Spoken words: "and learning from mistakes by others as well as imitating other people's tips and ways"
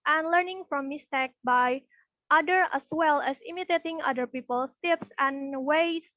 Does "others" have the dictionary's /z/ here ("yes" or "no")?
no